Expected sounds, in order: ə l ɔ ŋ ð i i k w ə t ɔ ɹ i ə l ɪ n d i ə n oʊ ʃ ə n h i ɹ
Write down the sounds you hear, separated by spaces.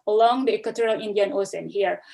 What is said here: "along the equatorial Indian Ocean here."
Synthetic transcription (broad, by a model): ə l ɔ ŋ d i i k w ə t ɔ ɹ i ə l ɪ n d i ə n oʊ s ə n h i ɹ